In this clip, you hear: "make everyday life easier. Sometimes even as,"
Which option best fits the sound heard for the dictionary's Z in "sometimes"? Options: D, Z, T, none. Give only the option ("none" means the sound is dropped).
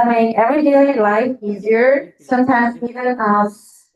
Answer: Z